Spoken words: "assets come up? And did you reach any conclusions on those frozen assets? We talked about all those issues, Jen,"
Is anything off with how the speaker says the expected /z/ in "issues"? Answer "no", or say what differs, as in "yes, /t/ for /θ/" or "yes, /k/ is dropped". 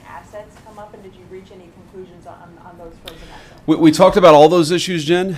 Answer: no